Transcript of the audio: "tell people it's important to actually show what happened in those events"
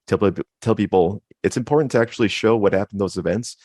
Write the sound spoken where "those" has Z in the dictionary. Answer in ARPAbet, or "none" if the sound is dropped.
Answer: Z